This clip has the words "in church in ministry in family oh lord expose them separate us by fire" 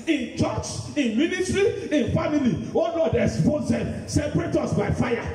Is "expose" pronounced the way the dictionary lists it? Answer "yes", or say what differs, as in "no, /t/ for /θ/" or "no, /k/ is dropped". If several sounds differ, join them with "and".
no, /k/ is dropped